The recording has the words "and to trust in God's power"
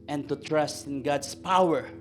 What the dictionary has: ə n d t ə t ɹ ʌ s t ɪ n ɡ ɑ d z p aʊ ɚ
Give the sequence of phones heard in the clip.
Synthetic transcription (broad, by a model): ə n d t ə t ɹ ʌ s t ɪ n ɡ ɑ d s p aʊ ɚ